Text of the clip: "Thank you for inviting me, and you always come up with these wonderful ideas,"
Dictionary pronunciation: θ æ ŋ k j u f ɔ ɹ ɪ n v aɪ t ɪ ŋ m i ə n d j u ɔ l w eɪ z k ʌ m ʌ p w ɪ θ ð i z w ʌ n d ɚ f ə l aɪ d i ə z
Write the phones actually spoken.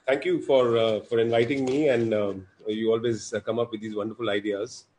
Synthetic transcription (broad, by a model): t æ ŋ k j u f ɔ ɹ ɪ n v aɪ t ɪ ŋ m i ə n d j u ɔ l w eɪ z k ʌ m ʌ p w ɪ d i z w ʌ n d ɚ f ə l aɪ d i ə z